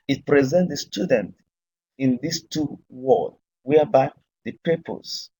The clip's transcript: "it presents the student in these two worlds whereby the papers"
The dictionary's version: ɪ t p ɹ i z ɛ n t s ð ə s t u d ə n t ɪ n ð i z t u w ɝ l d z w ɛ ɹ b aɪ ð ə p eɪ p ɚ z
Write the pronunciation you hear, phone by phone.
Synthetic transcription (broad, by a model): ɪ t p ɹ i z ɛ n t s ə s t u d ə n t ɪ n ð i s t u w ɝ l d w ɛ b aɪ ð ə p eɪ p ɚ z